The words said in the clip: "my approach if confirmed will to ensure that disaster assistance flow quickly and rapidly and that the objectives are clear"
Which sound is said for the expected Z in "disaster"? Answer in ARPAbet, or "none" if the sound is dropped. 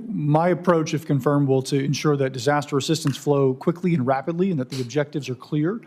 Z